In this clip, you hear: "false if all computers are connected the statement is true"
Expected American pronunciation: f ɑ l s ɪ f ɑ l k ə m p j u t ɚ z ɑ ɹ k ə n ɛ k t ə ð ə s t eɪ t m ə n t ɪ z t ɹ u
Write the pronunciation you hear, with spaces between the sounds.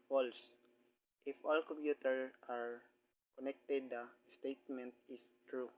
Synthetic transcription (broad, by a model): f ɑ l s ɪ f ɑ l k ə m p j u t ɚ ɑ ɹ k ə n ɛ k t ə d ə s t eɪ t m ə n t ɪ s t ɹ u